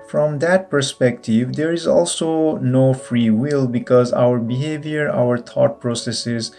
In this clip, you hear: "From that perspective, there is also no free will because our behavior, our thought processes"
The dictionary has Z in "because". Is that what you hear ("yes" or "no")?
yes